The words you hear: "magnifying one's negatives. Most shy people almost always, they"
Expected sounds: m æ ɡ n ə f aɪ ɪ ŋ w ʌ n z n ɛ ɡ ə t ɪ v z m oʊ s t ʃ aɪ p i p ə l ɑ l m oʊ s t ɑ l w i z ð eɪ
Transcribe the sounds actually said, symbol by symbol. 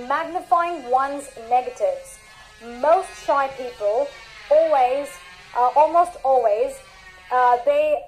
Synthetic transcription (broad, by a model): m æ ɡ n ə f aɪ ɪ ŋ w ʌ n z n ɛ ɡ ə t ɪ v z m oʊ s t ʃ aɪ p i p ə l ɑ l m oʊ s t ɑ l w i z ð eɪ